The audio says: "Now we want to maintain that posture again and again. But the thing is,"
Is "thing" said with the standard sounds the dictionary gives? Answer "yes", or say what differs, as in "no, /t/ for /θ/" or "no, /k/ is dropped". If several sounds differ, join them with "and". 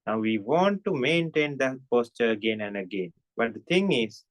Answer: no, /t/ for /θ/